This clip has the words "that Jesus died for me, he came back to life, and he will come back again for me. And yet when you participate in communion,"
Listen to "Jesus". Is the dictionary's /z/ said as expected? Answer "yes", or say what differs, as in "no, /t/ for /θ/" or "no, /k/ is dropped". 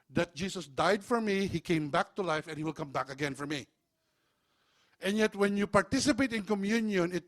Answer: no, /s/ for /z/